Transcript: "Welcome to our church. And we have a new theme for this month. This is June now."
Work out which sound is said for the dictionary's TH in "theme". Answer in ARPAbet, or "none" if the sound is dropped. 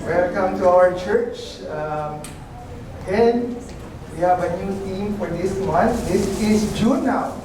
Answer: T